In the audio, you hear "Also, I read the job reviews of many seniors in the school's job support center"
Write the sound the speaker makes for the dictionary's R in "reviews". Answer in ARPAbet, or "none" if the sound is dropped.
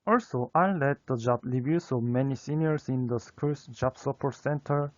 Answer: L